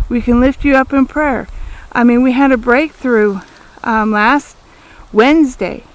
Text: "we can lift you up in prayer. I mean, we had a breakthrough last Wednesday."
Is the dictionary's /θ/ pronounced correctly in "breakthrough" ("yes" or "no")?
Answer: yes